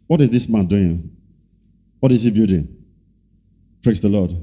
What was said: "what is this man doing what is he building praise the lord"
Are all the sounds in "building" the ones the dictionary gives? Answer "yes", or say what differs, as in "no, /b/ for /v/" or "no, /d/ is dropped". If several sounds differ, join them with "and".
no, /l/ is dropped